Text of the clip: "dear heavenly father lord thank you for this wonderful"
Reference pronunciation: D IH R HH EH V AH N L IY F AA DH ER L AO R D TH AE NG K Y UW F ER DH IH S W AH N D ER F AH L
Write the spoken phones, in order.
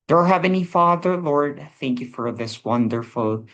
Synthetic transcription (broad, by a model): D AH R HH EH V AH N IY F AA DH ER L AO R D TH AE NG K Y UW F ER DH IH S W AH N D ER F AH L